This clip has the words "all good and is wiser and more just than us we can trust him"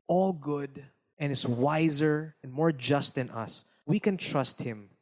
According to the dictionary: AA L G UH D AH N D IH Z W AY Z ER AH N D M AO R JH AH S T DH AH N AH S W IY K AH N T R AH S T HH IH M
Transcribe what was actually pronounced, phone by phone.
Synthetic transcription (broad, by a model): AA L G UH D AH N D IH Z W AY Z ER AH N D M AO R JH AH S T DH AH N AH S W IY K AH N T R AH S T HH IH M